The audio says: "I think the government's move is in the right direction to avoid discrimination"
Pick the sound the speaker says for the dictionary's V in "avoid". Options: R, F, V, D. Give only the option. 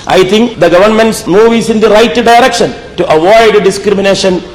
V